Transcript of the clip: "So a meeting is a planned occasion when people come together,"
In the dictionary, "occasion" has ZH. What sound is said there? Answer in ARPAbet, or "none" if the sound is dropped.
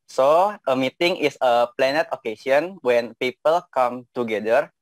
S